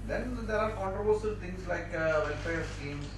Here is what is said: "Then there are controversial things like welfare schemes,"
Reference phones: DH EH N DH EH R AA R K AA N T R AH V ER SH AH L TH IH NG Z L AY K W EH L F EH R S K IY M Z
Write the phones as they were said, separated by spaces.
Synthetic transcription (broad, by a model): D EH N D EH R AA R K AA N T R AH V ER S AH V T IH NG S L AY K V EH L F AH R S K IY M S